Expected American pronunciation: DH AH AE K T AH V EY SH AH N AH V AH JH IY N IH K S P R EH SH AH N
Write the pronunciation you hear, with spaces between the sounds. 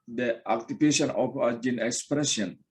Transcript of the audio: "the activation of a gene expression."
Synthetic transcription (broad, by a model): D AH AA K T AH P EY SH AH N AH P AH JH IY N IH K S P R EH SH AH N